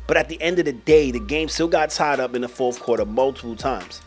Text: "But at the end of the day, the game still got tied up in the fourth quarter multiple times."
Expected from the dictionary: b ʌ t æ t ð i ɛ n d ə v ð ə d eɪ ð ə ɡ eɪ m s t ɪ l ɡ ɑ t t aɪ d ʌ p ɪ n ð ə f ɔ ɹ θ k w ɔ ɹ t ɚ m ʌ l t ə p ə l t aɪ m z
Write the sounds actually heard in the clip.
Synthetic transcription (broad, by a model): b ʌ t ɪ t ð i ɛ n d ə v ð ə d eɪ ð ə ɡ eɪ m s t ɪ l ɡ ɑ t t aɪ d ʌ p ɪ n ð ə f ɔ ɹ θ k w ɔ ɹ t ɚ m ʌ l t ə p l t aɪ m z